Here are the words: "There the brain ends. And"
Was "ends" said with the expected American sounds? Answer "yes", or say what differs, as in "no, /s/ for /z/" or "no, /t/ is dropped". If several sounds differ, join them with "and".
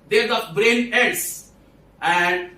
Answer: no, /n/ is dropped